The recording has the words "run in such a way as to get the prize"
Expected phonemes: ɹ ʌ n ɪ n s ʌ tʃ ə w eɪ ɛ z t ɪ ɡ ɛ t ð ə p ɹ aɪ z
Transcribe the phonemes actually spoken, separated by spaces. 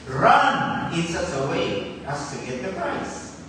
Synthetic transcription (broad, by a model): ɹ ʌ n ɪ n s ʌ s ə w eɪ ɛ s t ɪ ɡ ɛ t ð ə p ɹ aɪ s